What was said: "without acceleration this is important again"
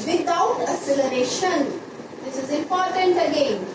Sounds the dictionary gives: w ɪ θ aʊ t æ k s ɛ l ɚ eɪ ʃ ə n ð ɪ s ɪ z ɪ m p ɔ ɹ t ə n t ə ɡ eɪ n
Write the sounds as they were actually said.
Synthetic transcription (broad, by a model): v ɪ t aʊ t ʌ s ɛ l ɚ eɪ ʃ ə n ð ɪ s ɪ z ɪ m p ɔ ɹ t ə n t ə ɡ eɪ n